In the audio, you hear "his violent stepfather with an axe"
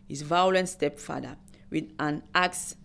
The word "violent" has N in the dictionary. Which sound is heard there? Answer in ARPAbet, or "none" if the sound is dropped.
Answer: N